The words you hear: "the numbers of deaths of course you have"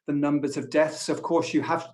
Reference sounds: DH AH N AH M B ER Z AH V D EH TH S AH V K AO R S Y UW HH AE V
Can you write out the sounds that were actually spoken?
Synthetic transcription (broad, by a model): DH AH N AH M B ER Z AH V D EH TH S AH V K AO R S Y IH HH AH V